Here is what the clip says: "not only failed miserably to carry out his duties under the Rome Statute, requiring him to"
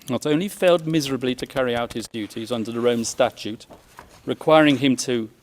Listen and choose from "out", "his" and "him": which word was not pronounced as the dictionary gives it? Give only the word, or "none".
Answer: none